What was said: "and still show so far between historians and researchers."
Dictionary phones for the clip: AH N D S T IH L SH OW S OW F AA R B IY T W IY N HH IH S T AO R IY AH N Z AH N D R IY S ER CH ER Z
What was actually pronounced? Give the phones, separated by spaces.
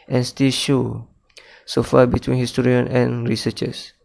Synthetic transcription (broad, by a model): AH N S T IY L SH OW S OW F AA B IY T W IY N HH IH S T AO R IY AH N AH N R IY S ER CH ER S